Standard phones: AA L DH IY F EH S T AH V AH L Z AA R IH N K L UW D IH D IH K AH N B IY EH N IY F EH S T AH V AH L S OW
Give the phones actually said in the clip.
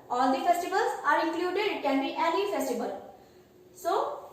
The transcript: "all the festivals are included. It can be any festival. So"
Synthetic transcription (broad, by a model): AA L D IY F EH S T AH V AH L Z AA R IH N K L UW D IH D K AH N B IY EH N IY F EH S T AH B AH L S OW